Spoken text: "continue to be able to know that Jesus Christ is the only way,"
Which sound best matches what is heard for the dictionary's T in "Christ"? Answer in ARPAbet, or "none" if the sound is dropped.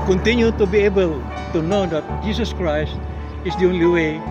T